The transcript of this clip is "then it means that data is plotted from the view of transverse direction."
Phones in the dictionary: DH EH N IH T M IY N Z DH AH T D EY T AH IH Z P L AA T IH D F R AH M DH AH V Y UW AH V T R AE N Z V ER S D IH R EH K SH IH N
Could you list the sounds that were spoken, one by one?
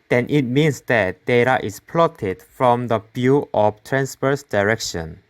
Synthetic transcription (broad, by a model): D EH N IH T M IY N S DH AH T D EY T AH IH S P L AA T IH D F R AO M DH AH B Y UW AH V T R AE N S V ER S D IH R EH K SH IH N